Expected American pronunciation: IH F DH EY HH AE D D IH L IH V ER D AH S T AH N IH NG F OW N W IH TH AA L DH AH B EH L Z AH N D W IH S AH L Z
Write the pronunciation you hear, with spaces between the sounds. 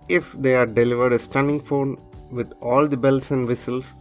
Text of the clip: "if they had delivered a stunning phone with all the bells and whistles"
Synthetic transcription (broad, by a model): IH F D EY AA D D IH L IH V ER D AH S T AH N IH NG F OW N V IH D AA L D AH B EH L S AH N D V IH S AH L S